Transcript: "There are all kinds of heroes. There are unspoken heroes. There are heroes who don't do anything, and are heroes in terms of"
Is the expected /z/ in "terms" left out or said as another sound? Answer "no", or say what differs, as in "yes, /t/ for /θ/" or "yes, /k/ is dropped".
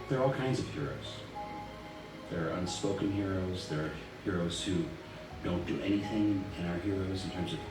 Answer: no